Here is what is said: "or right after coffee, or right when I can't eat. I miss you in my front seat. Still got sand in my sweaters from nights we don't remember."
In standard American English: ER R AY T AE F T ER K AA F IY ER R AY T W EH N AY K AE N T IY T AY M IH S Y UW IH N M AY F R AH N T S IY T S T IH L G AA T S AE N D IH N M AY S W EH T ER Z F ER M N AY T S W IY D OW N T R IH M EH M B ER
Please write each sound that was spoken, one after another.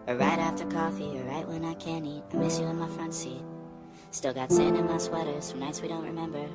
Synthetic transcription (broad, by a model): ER R AY T AE F T ER K AA F IY ER R AY T W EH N AY K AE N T IY T AY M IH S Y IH IH N M AY F R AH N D S IY T S T IH L G AA T S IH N IH N M AY S W EH T ER Z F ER N AY T S W IY D OW N T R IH M EH M B ER